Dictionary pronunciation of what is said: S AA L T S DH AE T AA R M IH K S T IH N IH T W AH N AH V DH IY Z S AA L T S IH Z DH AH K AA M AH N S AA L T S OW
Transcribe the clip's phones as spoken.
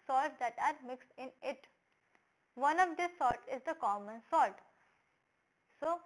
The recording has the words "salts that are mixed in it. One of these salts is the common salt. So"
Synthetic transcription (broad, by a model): S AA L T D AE T AA R M IH K S T IH N IH T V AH N AH V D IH S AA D T IH Z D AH K AA M AH N S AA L T S OW